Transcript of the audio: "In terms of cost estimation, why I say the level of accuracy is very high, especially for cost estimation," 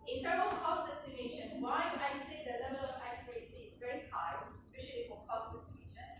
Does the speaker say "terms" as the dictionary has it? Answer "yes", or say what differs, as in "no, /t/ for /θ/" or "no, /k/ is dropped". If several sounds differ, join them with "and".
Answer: no, /z/ is dropped